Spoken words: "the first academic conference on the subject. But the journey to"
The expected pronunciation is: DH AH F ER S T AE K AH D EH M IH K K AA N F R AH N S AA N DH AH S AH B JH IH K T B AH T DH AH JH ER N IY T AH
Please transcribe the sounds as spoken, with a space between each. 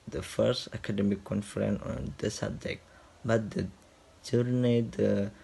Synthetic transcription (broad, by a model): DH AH F ER S T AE K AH D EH M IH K K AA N F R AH N AA N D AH S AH B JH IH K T B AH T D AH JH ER N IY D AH